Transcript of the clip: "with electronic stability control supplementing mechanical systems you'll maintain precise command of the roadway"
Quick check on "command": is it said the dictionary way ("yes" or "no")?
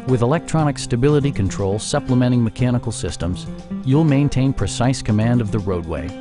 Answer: yes